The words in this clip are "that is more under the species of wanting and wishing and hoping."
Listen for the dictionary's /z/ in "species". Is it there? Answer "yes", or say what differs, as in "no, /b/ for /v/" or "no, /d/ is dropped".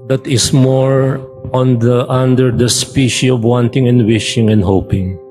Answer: no, /z/ is dropped